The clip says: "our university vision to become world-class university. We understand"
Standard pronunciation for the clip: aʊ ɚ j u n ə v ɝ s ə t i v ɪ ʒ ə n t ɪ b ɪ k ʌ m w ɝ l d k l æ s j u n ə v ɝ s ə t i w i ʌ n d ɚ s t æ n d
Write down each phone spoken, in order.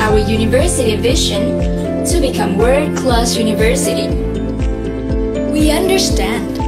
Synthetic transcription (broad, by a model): aʊ ɚ j u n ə v ɝ s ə t i v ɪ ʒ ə n t ɪ b ɪ k ʌ m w ɝ d k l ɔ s j u n ə v ɝ s ə t i w i ʌ n d ɚ s t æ n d